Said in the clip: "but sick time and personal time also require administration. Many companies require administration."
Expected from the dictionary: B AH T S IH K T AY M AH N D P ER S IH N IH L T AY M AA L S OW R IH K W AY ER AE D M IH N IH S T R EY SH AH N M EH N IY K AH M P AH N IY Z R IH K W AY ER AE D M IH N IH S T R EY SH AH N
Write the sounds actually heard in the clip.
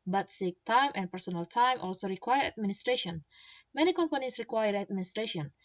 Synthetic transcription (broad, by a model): B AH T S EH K T AY M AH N P ER S IH N IH L T AY M AA L S OW R IH K W AY ER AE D M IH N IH S T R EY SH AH N M EH N IY K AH M P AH N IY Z R IH K W AY ER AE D M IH N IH S T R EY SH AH N